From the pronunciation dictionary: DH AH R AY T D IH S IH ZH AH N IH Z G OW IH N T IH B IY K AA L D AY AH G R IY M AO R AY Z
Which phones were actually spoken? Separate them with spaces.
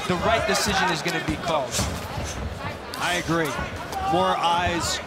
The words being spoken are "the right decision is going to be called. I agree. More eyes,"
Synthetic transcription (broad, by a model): DH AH R AY T D IH S IH ZH AH N IH Z G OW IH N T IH B IY K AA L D AY AH G R IY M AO R AY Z